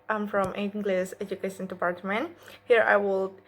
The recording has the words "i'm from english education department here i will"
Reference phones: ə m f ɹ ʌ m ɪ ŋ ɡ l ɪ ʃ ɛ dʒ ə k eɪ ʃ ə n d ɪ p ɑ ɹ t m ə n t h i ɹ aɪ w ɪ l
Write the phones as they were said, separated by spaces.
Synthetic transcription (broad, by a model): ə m f ɹ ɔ m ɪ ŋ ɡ l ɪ s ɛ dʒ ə k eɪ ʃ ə n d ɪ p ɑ ɹ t m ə n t h i ɹ aɪ w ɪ l